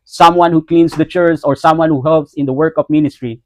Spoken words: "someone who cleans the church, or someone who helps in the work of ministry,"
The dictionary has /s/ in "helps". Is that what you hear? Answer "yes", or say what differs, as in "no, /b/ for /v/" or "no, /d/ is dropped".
yes